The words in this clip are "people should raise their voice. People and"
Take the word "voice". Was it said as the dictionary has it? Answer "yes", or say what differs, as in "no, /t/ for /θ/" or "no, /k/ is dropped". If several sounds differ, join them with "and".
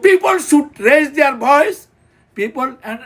no, /b/ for /v/